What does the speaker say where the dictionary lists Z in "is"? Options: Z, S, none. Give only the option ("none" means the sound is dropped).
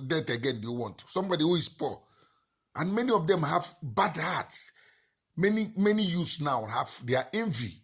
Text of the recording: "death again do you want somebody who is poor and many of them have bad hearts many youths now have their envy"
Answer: S